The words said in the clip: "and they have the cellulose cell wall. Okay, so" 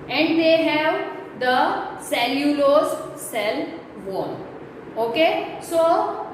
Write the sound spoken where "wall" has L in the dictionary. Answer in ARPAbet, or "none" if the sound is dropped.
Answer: N